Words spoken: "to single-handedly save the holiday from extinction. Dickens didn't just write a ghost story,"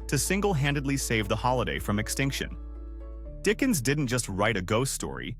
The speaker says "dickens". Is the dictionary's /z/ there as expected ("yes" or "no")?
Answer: yes